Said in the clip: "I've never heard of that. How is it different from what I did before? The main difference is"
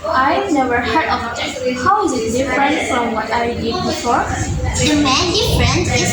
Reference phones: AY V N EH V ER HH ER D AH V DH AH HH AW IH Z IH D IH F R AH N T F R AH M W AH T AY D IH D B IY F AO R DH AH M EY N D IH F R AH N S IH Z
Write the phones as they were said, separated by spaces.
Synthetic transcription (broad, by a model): AY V N EH V ER HH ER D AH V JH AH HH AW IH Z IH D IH F R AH N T F R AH M W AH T AY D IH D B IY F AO R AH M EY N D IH R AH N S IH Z